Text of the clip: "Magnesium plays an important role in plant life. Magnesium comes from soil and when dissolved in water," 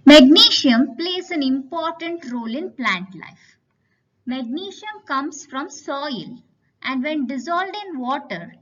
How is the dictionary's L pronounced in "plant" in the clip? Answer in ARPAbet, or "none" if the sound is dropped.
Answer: L